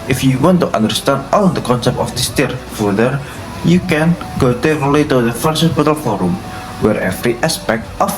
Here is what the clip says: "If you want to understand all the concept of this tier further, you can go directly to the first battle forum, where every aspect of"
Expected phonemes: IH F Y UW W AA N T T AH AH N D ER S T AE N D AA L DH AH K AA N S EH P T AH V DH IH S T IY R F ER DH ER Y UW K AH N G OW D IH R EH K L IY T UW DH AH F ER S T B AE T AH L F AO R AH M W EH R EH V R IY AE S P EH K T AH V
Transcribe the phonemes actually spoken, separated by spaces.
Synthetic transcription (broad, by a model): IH F Y UW W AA N T T AH N D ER S T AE N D AA L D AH K AA N S EH P T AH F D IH S T IY R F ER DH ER Y UW K AH N G OW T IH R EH L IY T UW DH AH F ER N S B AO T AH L F AO R AH M W EH R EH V R IY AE S P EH K T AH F